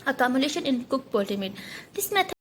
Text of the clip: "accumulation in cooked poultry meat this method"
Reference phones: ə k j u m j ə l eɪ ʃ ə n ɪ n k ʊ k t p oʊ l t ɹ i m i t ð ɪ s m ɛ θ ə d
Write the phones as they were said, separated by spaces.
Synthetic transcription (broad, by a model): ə k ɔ m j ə l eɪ ʃ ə n ɪ n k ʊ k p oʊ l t i m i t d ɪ s m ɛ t